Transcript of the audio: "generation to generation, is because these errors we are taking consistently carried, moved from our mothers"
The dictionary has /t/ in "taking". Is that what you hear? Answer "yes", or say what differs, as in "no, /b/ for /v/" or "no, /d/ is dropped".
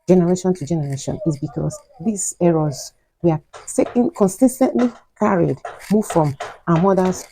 no, /s/ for /t/